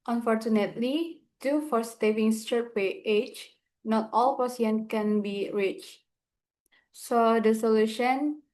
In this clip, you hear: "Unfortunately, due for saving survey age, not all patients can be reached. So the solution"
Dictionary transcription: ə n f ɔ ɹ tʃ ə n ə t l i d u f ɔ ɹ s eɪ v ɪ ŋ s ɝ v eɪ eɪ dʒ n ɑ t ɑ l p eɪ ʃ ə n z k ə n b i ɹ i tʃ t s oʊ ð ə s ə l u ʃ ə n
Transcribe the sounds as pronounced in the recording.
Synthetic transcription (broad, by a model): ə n f ɔ ɹ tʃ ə n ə t l i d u f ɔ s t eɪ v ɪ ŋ s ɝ p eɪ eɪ tʃ n ɑ t ɑ l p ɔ s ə n k ə n b i ɹ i tʃ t s oʊ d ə s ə l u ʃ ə n